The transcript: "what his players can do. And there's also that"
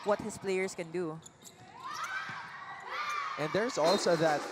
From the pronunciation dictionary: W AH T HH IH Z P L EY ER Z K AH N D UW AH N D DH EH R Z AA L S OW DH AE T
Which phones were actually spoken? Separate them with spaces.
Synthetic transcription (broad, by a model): W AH T HH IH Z P L EY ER S K AH N D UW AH N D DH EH R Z AA L S OW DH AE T